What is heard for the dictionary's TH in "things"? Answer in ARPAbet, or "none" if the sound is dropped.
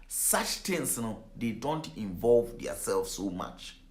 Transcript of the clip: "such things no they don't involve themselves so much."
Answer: T